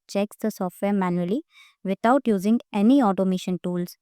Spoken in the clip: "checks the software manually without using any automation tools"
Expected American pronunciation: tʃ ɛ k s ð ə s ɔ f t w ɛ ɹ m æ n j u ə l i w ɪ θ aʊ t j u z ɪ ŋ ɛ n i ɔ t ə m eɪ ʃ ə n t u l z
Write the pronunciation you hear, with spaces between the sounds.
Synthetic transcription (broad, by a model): tʃ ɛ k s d ə s ɔ f t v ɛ ɹ m æ n j u ə l i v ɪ t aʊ t j u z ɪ ŋ ɛ n i ɔ t ə m eɪ ʃ ə n t u l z